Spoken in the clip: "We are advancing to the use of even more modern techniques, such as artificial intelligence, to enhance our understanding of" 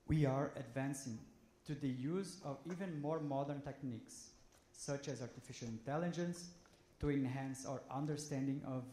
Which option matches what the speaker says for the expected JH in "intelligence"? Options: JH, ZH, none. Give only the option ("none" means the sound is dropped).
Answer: JH